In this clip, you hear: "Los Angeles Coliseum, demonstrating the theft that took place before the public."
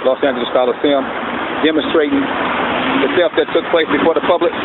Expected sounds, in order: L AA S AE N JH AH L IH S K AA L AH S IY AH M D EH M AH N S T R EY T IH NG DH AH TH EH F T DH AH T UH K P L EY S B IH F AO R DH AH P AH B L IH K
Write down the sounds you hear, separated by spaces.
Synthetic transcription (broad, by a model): L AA S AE N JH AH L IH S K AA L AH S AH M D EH M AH N S T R EY T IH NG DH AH S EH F DH AH T UH K P L EY S B IH F AO R DH AH P AH B L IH K